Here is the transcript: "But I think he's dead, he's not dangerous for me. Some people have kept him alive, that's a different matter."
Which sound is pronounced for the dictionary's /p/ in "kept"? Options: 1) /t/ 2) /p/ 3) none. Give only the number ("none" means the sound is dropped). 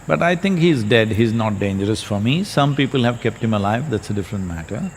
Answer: 2